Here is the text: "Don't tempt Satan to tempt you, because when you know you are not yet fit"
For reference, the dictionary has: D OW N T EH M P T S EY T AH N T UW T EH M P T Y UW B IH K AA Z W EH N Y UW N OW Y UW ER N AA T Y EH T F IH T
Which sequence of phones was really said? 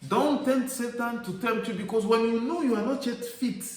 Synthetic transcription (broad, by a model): D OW N T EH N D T S EY T AH N T UW T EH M T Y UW B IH K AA S W EH N Y UW N OW Y UW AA N AA T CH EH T F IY T